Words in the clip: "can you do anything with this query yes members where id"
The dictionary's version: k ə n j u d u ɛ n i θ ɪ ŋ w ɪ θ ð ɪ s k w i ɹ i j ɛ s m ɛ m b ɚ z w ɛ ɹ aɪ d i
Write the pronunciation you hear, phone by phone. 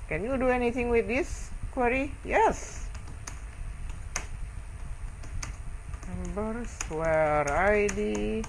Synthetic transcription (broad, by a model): k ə n j u d u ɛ n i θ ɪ ŋ w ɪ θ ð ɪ s k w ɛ ɹ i j ɛ s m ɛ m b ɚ s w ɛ ɹ aɪ d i